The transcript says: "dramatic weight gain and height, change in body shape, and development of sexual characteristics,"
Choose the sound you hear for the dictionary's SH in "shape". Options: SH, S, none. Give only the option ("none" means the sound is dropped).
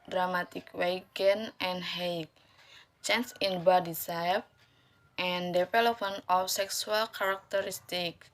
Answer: S